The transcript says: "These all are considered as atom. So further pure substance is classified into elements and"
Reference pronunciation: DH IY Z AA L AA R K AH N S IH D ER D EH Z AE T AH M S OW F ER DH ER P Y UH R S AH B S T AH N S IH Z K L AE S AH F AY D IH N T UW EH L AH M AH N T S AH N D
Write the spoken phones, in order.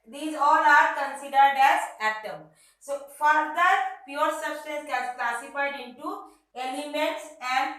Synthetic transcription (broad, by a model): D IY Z AA L AA R K AH N S IH D ER D EH Z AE T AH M S OW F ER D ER P Y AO R S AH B S T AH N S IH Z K L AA S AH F AY D IH N T UW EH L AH M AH T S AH N D